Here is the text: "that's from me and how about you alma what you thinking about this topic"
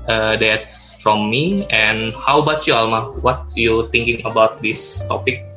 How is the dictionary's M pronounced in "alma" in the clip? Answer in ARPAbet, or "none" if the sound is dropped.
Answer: M